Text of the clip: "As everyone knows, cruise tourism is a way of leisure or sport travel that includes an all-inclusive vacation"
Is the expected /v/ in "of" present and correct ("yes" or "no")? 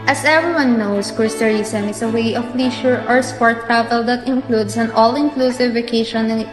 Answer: no